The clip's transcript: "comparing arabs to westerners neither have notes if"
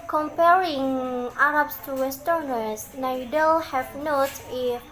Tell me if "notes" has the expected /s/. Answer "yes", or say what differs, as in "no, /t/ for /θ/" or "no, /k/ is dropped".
no, /s/ is dropped